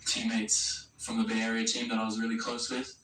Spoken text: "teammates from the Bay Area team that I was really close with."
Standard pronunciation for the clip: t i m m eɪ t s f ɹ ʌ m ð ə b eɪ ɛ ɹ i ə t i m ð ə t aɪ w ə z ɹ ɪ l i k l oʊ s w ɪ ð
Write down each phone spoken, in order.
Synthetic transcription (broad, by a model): t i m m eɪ t s f ɹ ʌ m ð ə b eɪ ɛ ɹ i ə t i m ð ə t aɪ w ə z ɹ ɪ l i k l oʊ s w ɪ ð